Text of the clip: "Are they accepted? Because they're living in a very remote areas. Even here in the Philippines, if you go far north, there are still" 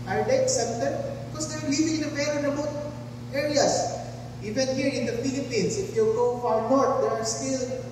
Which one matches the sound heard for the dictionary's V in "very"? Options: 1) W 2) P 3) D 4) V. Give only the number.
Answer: 2